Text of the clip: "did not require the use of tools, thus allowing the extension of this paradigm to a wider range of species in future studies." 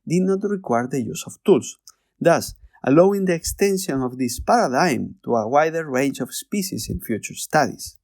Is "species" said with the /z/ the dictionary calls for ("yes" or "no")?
no